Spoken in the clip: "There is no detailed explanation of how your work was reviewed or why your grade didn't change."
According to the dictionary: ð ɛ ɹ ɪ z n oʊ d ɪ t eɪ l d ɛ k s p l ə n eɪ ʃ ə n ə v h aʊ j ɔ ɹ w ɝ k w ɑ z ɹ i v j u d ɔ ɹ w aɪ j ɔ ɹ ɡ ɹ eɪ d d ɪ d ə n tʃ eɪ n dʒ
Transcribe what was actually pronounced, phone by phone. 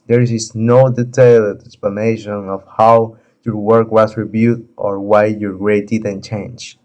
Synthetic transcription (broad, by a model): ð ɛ ɹ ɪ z n oʊ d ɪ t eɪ l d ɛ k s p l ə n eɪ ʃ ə n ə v h aʊ j ɔ ɹ w ɝ k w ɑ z ɹ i b j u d ɔ ɹ w aɪ j ɔ ɹ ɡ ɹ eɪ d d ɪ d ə n tʃ eɪ n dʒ